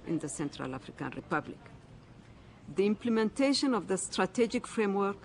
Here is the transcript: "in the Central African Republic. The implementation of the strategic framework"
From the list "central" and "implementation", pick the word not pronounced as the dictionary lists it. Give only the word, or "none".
none